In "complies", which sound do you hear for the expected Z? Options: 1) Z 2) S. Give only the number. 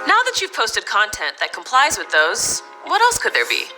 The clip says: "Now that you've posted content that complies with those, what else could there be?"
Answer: 1